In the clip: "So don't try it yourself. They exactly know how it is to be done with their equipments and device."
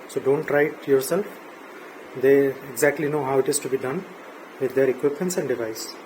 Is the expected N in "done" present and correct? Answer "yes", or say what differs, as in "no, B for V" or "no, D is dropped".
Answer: yes